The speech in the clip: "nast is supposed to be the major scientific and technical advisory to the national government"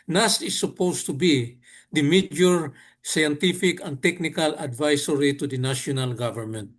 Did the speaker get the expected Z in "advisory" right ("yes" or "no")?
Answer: no